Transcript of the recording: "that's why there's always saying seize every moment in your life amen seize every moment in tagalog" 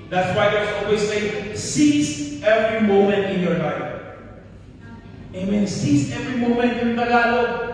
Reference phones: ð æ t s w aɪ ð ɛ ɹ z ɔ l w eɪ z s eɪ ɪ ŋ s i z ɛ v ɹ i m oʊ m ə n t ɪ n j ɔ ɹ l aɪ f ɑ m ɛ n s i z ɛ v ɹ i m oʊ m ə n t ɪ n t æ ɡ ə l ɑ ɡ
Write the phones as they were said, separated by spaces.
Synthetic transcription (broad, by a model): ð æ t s w aɪ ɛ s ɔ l w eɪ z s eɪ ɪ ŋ s i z ɛ v ɹ i m oʊ m ə n t ɪ n j ɔ ɹ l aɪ ɑ m ɛ n s i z ɛ v ɹ i m oʊ m ə n t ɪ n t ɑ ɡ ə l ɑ